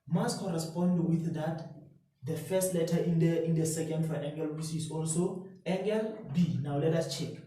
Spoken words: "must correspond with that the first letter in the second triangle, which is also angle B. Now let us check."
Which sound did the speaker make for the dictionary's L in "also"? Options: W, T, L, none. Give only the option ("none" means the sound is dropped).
L